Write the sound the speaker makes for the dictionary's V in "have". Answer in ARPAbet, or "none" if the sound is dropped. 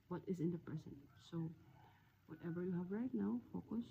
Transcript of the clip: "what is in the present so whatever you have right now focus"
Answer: V